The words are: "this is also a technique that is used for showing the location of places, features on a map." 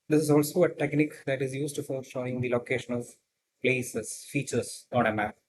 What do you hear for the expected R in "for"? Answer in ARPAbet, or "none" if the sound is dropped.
R